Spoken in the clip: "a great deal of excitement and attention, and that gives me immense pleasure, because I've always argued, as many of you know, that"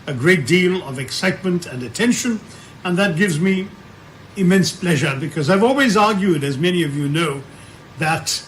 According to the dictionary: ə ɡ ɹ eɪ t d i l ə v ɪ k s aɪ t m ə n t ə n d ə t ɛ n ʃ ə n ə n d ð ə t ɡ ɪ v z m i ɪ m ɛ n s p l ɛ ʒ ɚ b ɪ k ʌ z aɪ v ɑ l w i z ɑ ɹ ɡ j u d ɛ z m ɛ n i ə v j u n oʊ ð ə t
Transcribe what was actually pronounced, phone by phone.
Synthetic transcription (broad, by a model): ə ɡ ɹ eɪ t d i l ə v ɪ k s aɪ t m ə n t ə n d ə t ɛ n ʃ ə n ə n ð ə t ɡ ɪ v z m i ɪ m ɛ n s p l ɛ ʒ ɚ b ɪ k ʌ z aɪ v ɑ l w i z ɑ ɹ ɡ j u d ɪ z m ɛ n i ə v j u n oʊ ð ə t